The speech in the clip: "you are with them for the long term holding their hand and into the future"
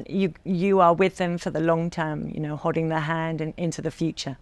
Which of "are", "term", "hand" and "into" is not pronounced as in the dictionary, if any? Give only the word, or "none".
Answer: none